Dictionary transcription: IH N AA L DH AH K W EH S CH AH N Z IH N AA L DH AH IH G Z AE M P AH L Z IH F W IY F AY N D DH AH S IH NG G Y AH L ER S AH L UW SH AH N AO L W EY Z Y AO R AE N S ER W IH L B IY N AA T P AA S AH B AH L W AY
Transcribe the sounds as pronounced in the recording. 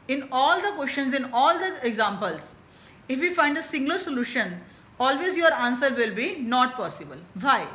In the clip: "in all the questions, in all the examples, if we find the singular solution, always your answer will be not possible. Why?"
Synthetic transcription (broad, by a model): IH N AA L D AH K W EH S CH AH N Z IH N AA L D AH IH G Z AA M P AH L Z IH F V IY F AY N D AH S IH NG G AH L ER S AH L UW SH AH N AO L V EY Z Y AO R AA N S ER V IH L B IY N AA T P AA S AH B AH L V AY